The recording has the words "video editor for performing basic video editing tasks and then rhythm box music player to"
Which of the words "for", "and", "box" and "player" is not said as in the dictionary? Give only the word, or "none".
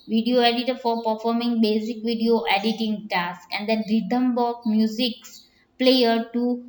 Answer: box